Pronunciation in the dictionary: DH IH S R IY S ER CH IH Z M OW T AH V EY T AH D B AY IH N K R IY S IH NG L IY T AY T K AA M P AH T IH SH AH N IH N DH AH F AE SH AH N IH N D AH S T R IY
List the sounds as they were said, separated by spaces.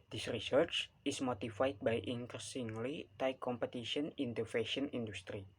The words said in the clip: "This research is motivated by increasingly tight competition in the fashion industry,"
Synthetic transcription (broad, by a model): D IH S R IY S ER CH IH S M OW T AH F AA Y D B AY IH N K R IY S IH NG L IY T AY K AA M P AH T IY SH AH N IH N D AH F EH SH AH N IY N D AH S T R IY